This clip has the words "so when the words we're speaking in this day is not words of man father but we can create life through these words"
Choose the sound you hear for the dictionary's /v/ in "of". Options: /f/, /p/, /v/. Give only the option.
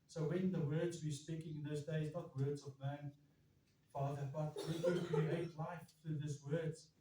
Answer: /v/